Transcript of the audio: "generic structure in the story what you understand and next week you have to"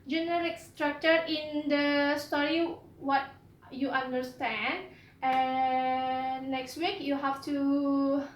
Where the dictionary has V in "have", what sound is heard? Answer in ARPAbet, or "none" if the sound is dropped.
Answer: F